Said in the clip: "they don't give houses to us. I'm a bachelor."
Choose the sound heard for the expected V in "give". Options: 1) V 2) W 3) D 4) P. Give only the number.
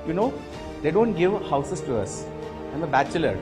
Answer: 1